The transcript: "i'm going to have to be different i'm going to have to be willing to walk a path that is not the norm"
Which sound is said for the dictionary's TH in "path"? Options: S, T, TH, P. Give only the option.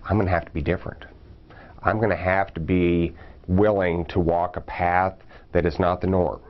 TH